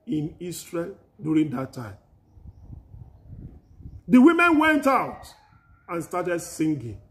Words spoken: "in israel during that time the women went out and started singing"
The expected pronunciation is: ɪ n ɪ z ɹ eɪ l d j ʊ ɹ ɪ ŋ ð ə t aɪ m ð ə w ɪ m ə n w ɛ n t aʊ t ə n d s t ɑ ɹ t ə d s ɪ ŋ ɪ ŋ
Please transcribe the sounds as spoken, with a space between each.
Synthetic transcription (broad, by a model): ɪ n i s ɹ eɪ l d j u ɹ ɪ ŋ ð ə t aɪ m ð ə w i m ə n w ɛ n t aʊ t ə n s t ɑ t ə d s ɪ ŋ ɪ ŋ